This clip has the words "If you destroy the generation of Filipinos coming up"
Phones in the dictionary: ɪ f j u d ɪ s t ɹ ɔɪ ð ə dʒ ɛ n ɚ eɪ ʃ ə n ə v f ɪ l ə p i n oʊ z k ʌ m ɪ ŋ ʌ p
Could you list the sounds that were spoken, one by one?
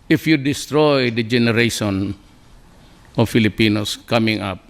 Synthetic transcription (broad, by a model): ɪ f j u d ɪ s t ɹ ɔɪ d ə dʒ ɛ n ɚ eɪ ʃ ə n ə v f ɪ l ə p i n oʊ s k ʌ m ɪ ŋ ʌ p